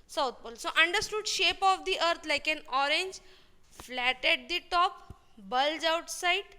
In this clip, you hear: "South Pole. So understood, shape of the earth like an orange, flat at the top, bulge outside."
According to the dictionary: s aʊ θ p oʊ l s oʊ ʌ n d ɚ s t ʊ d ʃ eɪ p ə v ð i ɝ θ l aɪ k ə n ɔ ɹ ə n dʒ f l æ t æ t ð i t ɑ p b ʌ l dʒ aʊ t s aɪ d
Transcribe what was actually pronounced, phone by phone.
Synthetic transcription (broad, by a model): s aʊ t p oʊ l s oʊ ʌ n d ɚ s t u d ʃ eɪ p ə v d i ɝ t l aɪ k ə n ɔ ɹ ə n dʒ f l æ t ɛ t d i t ɑ p b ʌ l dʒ aʊ t s aɪ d